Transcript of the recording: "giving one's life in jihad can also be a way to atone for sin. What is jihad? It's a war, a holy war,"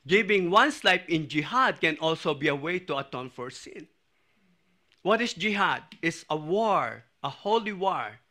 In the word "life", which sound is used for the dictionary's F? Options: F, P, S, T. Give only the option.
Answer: P